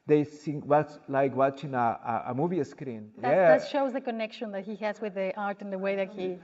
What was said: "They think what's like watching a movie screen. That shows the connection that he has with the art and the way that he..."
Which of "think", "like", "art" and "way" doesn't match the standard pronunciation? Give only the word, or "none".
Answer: think